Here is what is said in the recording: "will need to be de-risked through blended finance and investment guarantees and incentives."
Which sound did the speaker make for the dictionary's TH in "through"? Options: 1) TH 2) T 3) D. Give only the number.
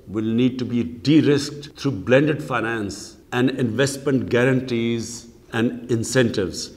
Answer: 2